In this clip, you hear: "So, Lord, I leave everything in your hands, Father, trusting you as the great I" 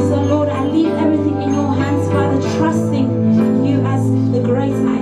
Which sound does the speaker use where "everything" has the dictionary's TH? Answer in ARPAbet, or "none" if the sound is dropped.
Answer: TH